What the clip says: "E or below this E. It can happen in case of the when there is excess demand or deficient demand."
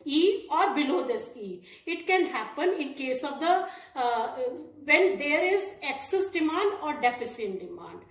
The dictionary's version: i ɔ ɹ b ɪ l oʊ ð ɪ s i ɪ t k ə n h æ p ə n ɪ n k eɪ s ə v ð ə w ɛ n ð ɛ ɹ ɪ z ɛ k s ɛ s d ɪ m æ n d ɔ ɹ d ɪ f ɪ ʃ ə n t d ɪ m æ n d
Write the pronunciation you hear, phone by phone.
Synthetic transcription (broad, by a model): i ɔ ɹ b ɪ l oʊ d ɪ s i ɪ t k ə n h æ p ə n ɪ n k eɪ s ə v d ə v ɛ n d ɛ ɹ ɪ z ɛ k s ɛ s d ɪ m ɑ n d ɔ ɹ d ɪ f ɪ s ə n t d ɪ m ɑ n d